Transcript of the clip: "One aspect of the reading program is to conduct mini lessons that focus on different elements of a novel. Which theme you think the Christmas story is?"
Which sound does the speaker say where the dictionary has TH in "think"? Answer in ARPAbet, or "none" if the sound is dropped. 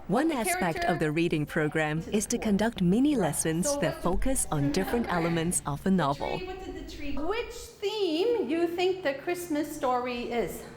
TH